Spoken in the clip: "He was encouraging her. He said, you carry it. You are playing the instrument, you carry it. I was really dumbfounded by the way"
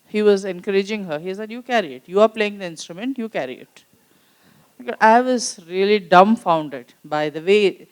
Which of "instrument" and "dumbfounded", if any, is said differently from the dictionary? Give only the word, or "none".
none